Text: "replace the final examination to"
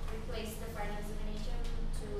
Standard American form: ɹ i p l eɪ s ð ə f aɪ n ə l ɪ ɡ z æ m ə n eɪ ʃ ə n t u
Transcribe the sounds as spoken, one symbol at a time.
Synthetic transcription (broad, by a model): ɹ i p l eɪ s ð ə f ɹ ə n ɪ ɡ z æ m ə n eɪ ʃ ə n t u